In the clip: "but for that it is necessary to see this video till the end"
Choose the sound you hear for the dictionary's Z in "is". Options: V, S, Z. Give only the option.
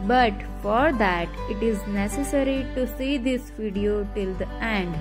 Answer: Z